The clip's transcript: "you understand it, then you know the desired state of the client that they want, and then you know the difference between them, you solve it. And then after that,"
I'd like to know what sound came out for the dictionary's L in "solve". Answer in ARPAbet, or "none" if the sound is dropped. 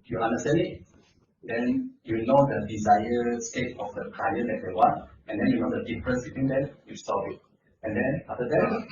none